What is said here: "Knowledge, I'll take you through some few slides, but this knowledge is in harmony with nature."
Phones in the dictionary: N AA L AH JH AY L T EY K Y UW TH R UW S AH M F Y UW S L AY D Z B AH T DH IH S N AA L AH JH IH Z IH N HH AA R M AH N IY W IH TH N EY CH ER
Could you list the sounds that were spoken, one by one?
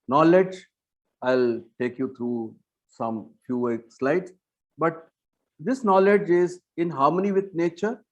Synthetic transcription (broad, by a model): N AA L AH JH AY L T EY K Y UW T R UW S AH M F Y UW S L AY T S B AH T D IH S N AA L AH JH IH Z IH N HH AA R M AH N IY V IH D N EY CH ER